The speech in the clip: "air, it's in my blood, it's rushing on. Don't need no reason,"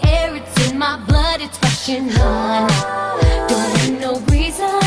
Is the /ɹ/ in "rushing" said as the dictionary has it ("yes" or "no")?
no